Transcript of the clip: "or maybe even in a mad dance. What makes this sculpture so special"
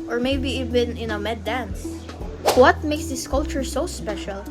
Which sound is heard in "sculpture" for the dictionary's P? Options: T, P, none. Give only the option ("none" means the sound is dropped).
none